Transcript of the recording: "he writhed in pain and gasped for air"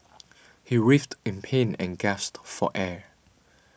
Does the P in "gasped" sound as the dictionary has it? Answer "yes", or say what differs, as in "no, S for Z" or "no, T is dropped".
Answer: no, P is dropped